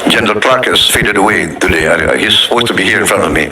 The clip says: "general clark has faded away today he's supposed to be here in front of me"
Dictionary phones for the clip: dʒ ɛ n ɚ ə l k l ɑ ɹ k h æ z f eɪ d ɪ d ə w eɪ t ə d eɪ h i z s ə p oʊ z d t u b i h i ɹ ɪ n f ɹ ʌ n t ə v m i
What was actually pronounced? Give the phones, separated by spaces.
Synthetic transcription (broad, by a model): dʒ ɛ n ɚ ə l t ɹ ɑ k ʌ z f eɪ d ɪ d ə w eɪ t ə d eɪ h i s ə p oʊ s t u b i h i ɹ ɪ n f ɹ ʌ n t ə v m i